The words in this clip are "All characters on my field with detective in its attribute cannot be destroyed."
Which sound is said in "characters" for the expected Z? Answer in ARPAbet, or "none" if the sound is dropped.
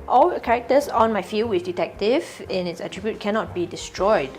S